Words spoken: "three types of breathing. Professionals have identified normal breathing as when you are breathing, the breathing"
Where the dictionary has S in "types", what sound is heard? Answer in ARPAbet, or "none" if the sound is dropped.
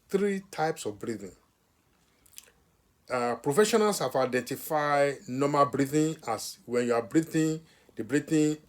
S